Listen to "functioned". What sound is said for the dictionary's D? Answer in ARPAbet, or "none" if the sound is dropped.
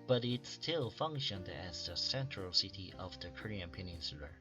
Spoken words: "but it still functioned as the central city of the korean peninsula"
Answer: D